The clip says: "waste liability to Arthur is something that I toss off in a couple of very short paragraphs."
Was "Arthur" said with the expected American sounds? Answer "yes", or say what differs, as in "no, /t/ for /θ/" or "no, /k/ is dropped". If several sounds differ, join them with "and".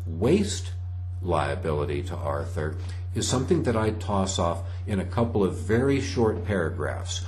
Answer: yes